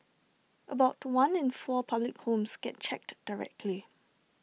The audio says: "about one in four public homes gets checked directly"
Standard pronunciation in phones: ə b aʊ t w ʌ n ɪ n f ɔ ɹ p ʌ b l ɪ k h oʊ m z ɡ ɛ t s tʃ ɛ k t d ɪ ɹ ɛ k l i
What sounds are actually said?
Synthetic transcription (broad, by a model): ə b aʊ t w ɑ n ɪ n f ɔ p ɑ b l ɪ k h oʊ m s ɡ ɛ t tʃ ɛ k t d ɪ ɹ ɛ k l i